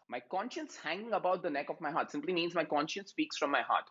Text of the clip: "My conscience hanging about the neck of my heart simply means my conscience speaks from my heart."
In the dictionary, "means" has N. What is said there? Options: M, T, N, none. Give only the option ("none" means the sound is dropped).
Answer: N